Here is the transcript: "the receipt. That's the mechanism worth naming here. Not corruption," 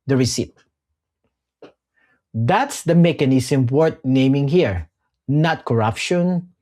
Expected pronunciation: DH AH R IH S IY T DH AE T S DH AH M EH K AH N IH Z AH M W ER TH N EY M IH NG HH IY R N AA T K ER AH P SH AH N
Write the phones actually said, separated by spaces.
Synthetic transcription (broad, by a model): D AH R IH S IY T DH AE T S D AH M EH K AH N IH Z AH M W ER T N EY M IH NG HH IY R N AA T K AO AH P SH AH N